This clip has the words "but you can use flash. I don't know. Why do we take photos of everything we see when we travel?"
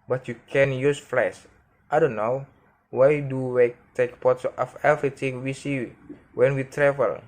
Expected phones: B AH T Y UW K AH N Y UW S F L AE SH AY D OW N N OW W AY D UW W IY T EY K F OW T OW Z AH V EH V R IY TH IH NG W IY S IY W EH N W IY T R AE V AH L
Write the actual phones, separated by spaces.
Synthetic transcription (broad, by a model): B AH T Y UW K AH N Y UW S F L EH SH AY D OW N N OW W AY D UW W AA T EY K P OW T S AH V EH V R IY T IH NG W IY S IY W EH N W IY T R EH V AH L